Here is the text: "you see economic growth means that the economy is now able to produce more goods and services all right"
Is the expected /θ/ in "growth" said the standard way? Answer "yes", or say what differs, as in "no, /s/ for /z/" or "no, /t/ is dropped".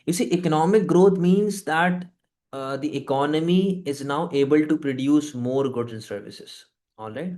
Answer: no, /t/ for /θ/